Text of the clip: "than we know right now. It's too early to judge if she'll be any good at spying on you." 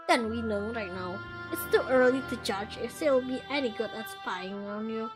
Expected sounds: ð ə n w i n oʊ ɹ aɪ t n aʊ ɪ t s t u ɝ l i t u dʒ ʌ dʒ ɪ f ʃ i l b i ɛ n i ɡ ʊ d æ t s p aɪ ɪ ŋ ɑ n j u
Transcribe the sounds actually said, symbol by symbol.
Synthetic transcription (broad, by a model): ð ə n w i n oʊ ɹ aɪ t n aʊ ɪ t s t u ɝ l i t u dʒ ʌ dʒ ɪ f s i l b i ɛ n i ɡ ʊ d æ t s f aɪ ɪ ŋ ɑ n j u